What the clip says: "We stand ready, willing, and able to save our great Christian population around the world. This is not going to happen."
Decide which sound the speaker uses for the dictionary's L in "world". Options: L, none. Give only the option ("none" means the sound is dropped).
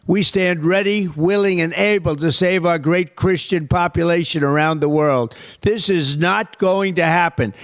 L